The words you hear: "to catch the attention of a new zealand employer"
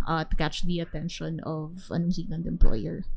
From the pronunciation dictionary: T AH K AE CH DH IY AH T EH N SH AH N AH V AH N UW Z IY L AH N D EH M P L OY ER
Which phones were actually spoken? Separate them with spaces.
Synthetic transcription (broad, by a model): T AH K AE CH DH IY AH T EH N SH AH N AH V AH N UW S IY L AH N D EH M P L OY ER